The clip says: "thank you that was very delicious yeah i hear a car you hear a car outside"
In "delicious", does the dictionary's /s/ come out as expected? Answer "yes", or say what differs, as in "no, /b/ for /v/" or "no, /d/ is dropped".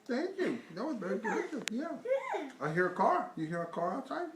no, /s/ is dropped